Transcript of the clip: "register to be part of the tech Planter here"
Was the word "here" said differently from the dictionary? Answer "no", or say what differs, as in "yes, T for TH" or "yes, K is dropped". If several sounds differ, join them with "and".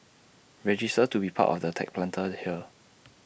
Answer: yes, L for R